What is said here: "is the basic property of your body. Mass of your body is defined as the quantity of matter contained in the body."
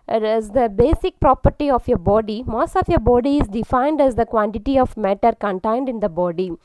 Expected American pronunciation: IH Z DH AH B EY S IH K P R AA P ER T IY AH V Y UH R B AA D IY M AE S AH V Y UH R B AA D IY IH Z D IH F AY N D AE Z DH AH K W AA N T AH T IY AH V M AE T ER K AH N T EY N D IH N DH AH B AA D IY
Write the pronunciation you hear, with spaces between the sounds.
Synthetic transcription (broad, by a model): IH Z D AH B EY S IH K P R AA P ER T IY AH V Y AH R B AA D IY M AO S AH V Y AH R B AA D IY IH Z D IH F AY N D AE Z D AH K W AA N T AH T IY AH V M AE T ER K AH N T EY N D IH N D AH B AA D IY